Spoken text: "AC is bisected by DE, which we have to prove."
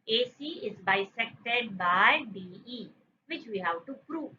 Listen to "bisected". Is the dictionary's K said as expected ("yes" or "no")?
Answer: yes